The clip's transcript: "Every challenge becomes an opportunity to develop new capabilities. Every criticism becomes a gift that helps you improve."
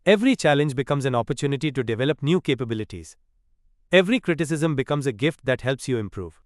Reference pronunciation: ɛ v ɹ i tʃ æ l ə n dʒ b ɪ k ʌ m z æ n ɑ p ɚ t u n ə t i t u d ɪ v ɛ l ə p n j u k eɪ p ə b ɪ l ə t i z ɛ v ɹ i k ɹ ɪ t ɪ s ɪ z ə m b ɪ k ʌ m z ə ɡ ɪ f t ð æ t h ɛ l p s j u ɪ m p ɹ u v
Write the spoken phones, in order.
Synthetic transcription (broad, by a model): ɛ v ɹ i tʃ æ l ə n dʒ b ɪ k ʌ m z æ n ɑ p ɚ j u n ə t i t u d ɪ v ɛ l ə p n j u k eɪ p ə b ɪ l ə t i z ɛ v ɹ i k ɹ ɪ t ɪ s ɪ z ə m b ɪ k ʌ m z ə ɡ ɪ f t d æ t h ɛ l p s j u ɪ m p ɹ u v